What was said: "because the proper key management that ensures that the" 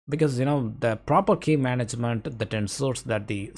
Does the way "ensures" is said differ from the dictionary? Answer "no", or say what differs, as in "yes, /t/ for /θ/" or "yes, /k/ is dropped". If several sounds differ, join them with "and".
yes, /s/ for /ʃ/